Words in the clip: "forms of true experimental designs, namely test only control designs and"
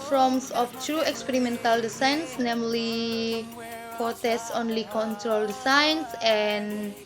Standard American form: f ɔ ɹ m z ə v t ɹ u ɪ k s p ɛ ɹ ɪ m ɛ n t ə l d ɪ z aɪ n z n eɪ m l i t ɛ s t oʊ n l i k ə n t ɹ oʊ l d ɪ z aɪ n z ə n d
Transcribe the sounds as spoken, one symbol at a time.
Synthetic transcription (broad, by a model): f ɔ m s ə f t ɹ u ɪ k s p ɛ ɹ ɪ m ɛ n t ə l d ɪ s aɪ n s n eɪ m l i t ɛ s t oʊ n l i k ə n t ɹ oʊ l d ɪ s aɪ n s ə n